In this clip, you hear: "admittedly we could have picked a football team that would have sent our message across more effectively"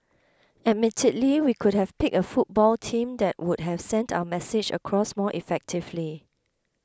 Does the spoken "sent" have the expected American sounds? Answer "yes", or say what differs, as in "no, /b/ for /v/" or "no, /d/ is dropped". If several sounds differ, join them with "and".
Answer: yes